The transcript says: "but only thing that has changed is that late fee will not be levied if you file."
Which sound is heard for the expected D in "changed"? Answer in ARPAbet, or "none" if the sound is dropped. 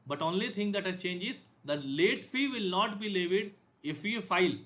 none